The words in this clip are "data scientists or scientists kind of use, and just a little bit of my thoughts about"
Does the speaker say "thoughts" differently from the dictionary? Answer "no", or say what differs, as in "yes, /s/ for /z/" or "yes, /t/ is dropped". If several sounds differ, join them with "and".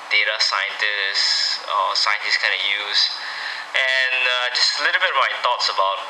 yes, /t/ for /θ/